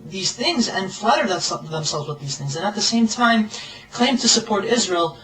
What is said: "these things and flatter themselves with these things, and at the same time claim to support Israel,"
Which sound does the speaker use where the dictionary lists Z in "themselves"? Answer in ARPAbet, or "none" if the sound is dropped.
Z